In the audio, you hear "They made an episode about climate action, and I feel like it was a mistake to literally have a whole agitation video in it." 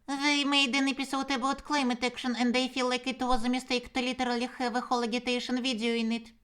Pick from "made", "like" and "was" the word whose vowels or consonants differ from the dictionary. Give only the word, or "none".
none